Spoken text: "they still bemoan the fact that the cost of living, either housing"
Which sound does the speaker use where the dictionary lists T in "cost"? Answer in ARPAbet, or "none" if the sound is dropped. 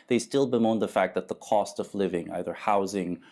T